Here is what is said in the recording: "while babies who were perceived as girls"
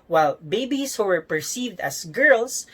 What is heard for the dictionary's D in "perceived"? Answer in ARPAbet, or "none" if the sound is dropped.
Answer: D